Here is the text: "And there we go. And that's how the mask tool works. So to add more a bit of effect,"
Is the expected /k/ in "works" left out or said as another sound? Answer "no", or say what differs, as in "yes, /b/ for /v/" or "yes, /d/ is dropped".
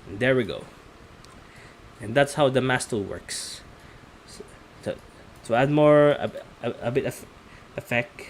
no